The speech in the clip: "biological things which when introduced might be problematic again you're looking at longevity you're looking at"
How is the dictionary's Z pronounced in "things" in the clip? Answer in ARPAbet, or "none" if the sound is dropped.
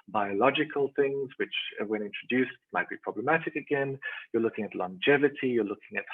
Z